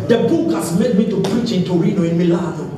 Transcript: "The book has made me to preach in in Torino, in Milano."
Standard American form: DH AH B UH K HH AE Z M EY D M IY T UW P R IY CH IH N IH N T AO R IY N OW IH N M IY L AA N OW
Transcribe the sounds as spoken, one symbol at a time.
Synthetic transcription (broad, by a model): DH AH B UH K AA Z M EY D M IY T UW P R IY CH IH IH N T AO R IY N OW IH N M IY L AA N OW